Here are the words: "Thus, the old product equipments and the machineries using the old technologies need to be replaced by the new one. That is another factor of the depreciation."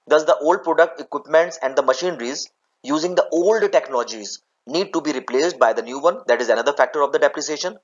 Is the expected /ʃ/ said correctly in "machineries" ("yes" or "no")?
yes